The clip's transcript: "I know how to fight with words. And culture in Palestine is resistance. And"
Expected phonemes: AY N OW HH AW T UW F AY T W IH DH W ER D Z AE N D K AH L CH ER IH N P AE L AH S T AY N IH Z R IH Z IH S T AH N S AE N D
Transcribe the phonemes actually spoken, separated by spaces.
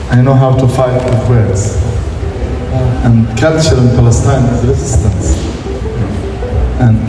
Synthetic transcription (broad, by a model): AY N OW HH AW T UW F AY T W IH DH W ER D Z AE N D K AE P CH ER IH N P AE L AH S T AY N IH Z R IH Z IH S T AH N S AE N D